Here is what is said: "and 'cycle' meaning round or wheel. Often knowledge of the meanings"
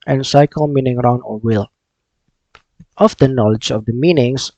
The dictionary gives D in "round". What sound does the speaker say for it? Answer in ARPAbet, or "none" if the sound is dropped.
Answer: none